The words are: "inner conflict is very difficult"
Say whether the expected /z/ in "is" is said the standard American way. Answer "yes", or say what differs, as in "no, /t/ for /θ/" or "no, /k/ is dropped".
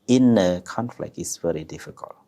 no, /s/ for /z/